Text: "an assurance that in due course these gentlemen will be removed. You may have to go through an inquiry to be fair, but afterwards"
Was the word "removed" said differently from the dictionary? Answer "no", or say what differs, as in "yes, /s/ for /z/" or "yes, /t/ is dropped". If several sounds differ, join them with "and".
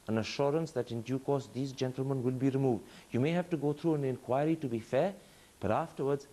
no